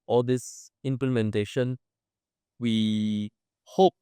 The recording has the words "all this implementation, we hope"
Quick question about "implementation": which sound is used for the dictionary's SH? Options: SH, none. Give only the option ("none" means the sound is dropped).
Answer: SH